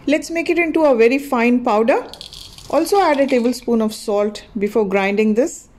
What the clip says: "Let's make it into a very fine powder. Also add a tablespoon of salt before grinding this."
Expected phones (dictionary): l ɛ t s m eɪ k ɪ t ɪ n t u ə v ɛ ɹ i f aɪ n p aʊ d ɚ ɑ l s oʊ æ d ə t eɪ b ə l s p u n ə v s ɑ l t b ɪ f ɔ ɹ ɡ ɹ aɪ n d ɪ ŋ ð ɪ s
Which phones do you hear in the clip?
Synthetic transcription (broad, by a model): l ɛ t s m eɪ k ɪ t ɪ n t u ə v ɛ ɹ i f aɪ n p aʊ d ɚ ɑ l s oʊ æ d ə t eɪ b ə l s p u n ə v s ɑ l t b ɪ f ɔ ɹ ɡ ɹ aɪ n d ɪ ŋ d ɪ s